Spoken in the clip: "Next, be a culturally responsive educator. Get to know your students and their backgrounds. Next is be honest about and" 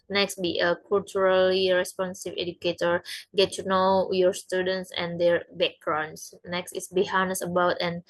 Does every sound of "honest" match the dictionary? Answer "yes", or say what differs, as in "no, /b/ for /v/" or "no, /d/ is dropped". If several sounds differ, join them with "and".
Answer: no, /t/ is dropped